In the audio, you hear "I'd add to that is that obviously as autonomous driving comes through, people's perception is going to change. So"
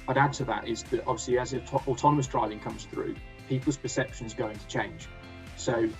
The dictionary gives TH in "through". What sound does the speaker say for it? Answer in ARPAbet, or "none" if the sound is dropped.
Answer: TH